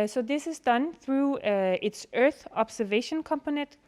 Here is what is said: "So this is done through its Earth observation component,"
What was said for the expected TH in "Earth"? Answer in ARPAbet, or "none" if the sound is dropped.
TH